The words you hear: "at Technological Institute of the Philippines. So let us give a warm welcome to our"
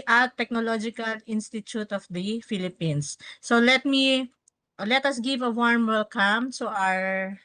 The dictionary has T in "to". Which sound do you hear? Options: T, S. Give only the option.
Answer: S